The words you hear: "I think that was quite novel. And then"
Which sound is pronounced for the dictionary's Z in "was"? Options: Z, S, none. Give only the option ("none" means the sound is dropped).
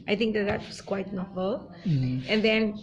S